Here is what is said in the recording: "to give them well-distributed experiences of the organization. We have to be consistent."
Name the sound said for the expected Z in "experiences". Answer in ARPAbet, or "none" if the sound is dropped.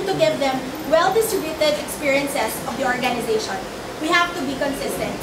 S